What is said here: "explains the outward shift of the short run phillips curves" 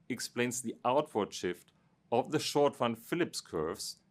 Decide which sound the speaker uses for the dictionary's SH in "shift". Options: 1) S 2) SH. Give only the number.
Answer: 2